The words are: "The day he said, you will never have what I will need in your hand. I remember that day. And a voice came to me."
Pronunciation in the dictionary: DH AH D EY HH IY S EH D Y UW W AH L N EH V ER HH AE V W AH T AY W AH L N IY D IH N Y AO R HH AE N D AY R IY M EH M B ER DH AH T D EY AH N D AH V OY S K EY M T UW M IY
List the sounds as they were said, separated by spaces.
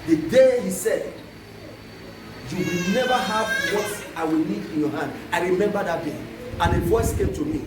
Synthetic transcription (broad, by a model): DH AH D EY HH IY S EH D Y UW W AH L N EH V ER HH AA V W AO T AY W AH L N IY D IH N Y AO HH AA N D AY R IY M EH M B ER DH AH T D EY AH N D AH V OY S K EY M T UW M IY